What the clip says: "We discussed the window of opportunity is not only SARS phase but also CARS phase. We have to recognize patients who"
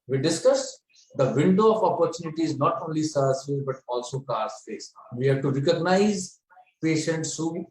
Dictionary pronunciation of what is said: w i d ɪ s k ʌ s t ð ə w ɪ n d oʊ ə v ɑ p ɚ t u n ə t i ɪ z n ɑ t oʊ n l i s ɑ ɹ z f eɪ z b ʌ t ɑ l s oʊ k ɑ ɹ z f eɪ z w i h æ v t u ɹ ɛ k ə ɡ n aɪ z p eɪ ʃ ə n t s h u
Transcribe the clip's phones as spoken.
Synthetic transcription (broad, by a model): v i d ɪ s k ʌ s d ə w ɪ n d oʊ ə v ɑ p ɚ t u n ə t i ɪ z n ɑ t oʊ n l i s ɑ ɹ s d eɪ b ʌ t ɑ l s oʊ k ɑ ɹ s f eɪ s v i h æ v t u ɹ ɛ k ə ɡ n aɪ z p eɪ ʃ ə n t s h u